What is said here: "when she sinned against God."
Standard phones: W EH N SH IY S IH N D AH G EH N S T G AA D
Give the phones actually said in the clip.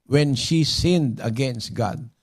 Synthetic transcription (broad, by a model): W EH N SH IY S IH N D AH G EH N S T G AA D